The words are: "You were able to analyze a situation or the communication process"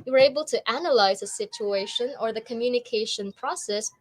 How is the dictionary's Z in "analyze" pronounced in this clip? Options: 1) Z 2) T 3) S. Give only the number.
1